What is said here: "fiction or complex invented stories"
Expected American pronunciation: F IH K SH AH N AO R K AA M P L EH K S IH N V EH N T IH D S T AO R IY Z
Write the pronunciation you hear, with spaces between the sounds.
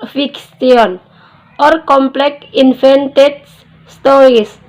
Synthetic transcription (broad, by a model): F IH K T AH N AO R K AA M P L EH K IH N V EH N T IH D S T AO R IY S